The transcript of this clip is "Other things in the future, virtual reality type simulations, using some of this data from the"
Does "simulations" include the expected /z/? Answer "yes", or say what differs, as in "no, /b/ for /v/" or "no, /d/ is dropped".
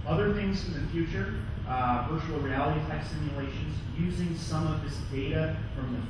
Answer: yes